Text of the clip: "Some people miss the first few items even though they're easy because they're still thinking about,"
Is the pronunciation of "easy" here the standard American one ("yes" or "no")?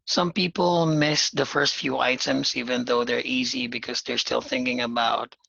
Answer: yes